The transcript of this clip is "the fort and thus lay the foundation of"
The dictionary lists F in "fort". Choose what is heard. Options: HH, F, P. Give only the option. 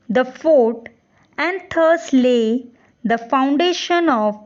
F